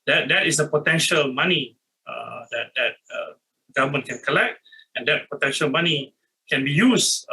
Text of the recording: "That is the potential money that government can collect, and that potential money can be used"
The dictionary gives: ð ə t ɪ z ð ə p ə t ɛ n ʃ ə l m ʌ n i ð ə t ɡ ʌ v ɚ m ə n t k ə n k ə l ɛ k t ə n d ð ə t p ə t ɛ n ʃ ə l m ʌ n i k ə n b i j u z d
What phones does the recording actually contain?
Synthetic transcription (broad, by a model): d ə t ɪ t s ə p ə t ɛ n ʃ ə l m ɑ n i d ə t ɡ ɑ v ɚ m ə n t k ə n k ə l ɛ k t ə n d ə t p ə t ɛ n ʃ ə l m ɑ n i k ə n b i j u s